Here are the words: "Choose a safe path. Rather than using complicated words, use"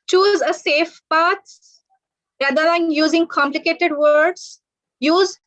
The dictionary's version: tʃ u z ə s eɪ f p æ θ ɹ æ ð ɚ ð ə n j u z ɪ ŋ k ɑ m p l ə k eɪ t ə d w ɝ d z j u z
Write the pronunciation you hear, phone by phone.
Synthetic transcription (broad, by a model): tʃ u z ə s eɪ f p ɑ s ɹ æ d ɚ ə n j u z ɪ ŋ k ɑ m p l ə k eɪ t ə d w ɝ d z j u z